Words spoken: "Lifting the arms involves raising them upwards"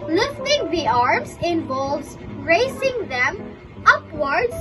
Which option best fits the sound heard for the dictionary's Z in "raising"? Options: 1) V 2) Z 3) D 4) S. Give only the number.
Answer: 4